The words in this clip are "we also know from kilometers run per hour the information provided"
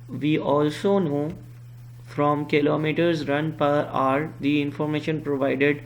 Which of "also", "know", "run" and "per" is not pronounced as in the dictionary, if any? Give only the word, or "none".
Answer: none